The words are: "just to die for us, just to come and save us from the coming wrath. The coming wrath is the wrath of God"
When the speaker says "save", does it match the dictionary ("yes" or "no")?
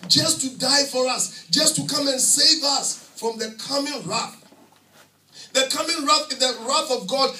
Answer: yes